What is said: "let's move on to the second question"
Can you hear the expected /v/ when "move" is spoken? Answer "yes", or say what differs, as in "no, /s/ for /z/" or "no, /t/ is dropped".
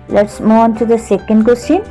no, /v/ is dropped